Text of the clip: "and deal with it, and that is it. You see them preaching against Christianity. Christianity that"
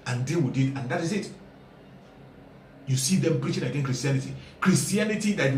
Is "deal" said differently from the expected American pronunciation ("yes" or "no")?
yes